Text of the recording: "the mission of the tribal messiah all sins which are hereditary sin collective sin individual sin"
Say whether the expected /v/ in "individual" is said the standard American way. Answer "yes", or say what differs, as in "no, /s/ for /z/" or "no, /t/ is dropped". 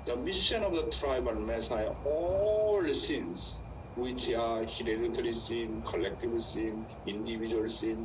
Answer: no, /b/ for /v/